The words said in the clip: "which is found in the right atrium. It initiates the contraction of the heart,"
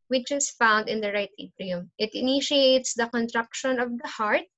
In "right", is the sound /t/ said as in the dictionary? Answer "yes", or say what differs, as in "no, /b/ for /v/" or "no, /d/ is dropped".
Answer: yes